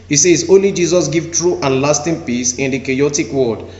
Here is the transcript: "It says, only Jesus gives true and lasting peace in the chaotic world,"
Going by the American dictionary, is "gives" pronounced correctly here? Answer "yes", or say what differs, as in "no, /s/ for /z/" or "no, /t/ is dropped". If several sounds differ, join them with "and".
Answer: no, /z/ is dropped